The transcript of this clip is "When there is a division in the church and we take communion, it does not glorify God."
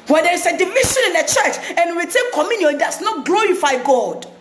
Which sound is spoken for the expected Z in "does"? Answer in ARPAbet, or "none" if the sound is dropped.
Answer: S